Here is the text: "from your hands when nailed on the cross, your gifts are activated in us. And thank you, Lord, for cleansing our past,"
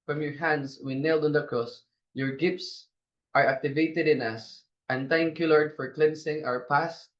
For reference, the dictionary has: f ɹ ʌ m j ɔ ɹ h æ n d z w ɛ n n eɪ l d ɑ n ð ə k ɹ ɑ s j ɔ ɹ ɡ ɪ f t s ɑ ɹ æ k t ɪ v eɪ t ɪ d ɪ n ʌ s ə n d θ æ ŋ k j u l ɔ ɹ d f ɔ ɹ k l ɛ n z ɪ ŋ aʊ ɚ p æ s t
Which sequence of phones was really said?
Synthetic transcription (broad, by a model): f ɹ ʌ m j ɔ ɹ h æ n d s w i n n eɪ l d ɑ n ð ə k ɹ ɑ s j ɔ ɹ ɡ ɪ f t s ɑ ɹ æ k t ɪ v eɪ t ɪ d ɪ n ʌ s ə n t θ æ ŋ k j u l ɔ ɹ d f ɔ ɹ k l ɛ n s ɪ ŋ aʊ ɚ p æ s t